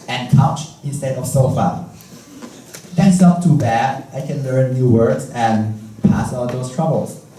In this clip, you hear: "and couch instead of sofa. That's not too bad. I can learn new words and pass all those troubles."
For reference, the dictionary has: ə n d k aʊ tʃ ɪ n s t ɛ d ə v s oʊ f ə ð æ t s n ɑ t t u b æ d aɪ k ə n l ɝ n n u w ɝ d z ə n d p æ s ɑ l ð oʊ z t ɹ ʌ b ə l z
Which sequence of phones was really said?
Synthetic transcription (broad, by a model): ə n k aʊ tʃ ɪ n s t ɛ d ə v s oʊ f ə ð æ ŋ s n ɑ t t u b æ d aɪ k ə n l ɝ n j u w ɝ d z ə n p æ s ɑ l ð oʊ s t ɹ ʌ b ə l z